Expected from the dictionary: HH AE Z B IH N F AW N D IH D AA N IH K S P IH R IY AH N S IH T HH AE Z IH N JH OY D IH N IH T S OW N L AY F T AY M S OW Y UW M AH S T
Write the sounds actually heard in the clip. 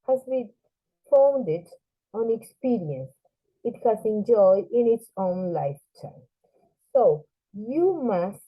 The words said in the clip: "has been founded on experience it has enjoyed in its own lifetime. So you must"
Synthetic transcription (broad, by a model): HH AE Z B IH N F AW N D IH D AA N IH K S P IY R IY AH N S IH T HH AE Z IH N JH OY IH N IH T S OW N L AY F T AY M S OW Y UW M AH S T